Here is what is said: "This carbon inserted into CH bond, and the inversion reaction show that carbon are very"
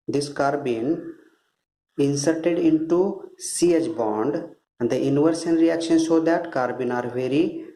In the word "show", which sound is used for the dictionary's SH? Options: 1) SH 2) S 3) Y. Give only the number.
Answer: 2